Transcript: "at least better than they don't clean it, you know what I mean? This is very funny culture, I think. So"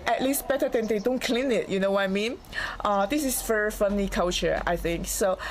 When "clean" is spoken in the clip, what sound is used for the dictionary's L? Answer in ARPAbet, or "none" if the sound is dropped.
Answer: L